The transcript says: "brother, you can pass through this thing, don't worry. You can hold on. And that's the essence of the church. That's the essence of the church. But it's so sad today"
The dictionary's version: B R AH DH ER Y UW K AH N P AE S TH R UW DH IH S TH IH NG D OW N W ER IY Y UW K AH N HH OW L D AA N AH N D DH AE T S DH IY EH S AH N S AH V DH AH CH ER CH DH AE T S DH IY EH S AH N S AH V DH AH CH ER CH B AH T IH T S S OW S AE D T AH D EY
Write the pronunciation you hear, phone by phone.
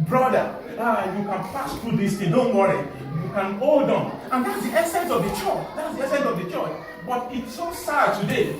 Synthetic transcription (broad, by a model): B R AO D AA Y UW K AH N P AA S T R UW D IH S T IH D OW N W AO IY Y UW K AH N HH OW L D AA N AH N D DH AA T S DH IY EH S AH N S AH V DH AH CH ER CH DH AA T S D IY EH S AH N S AH V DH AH CH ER CH B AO T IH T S S OW S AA T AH D EY